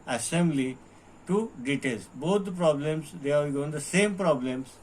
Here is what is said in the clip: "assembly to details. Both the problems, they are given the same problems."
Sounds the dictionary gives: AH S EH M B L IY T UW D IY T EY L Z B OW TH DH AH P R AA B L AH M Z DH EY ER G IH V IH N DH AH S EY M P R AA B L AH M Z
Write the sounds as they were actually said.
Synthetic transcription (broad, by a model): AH S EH M B L IY T UW D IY T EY L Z B OW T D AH P R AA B L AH M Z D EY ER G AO IH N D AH S EY M P R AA B L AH M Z